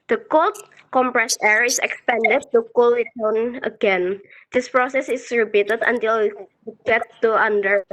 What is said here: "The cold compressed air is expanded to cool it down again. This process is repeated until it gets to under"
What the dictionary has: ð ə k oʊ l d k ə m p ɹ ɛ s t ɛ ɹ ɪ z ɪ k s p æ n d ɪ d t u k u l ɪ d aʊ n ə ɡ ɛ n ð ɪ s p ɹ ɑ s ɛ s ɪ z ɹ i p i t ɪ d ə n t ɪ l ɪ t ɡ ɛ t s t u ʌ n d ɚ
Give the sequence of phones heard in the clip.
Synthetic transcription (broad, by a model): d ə k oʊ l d k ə m p ɹ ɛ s ɛ ɹ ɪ s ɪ k s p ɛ n d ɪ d t u k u l ɪ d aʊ n ə ɡ ɛ n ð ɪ s p ɹ ɑ s ɛ s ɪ s ɹ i b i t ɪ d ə n t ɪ l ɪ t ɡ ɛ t t u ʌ n d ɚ